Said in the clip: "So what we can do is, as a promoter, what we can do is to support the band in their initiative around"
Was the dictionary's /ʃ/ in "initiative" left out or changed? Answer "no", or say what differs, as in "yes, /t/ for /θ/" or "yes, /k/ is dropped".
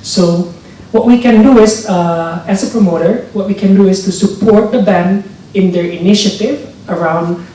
no